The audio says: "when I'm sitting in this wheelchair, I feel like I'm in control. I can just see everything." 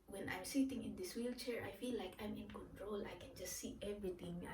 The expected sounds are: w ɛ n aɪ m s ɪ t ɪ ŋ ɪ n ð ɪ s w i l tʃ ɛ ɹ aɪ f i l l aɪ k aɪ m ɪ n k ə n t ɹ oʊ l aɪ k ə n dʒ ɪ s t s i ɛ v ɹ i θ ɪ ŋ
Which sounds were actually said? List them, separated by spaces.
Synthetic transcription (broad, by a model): w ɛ n aɪ m s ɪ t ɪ ŋ ɪ n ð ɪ s w i l tʃ ɛ ɹ aɪ f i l l aɪ k aɪ m ɪ n k ə n t ɹ oʊ l aɪ k ə n dʒ ɪ s t s i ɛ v ɹ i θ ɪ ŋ